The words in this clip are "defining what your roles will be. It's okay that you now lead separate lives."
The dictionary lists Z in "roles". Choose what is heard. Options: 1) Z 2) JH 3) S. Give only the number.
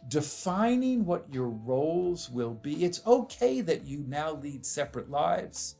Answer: 1